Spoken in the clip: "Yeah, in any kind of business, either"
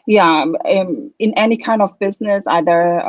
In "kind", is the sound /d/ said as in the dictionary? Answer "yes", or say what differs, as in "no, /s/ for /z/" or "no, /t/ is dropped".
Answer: yes